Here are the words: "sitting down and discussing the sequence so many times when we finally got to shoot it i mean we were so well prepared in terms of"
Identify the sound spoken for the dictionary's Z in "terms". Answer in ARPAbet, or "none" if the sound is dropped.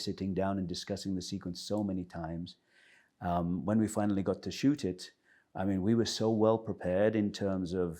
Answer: Z